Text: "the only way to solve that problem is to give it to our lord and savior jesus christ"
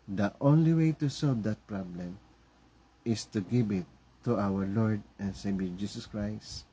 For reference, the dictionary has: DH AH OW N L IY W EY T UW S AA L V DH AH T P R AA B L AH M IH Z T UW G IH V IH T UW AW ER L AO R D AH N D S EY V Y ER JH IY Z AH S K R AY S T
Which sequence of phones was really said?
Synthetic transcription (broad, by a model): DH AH OW N L IY W EY T UW S AA L V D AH T P R AA B L AH M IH S T UW G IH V IH T UW AW ER L AO R D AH N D S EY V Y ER JH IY S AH S K R AY S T